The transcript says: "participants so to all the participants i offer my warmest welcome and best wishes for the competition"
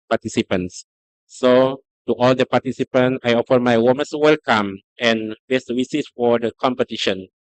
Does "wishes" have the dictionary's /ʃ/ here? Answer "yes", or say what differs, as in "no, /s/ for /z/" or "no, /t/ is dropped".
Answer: no, /s/ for /ʃ/